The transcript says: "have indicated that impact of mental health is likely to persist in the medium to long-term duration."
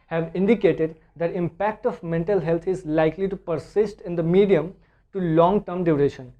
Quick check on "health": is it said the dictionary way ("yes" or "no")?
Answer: no